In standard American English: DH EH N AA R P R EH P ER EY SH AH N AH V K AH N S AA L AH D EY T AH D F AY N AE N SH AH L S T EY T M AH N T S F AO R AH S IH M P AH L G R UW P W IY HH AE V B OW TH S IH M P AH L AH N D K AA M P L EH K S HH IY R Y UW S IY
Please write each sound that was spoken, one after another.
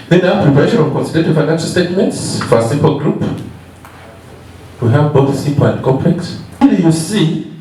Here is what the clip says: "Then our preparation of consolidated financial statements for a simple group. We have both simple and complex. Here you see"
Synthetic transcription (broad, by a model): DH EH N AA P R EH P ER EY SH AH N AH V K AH N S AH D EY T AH F AY N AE N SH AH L S T EY T M AH N T S F AO R AH S IH M P AH L G R UW P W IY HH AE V B OW TH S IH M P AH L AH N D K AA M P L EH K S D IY Y UW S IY